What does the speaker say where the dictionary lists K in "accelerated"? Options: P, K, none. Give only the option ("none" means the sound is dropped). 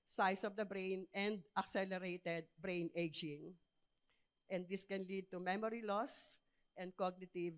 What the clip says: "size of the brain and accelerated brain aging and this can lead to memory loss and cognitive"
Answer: K